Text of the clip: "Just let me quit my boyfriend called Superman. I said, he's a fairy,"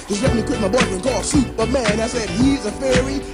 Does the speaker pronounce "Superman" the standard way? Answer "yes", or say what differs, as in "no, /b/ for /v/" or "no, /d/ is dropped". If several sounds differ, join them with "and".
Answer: no, /b/ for /p/